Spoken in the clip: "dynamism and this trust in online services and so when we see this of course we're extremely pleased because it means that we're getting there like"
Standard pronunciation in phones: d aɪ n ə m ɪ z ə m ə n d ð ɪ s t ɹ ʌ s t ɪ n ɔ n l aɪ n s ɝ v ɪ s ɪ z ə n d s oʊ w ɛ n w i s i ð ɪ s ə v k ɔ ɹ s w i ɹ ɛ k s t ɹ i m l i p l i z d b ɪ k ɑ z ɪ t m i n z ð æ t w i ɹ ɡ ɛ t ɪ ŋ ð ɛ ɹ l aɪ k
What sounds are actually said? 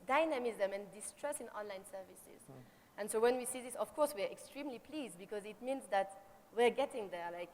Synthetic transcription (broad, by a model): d aɪ n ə m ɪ z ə m ə n d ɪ s t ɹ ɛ s ɪ n ɔ n l aɪ n s ɝ v ɪ s ɪ z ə n s oʊ w ɛ n w i s i ð ɪ s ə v k ɔ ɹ s w i ɹ ɛ k s t ɹ i m l i p l i z d b ɪ k ɑ z ɪ t m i n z ð æ t w i ɹ ɡ ɛ t ɪ ŋ ð ɛ ɹ l aɪ k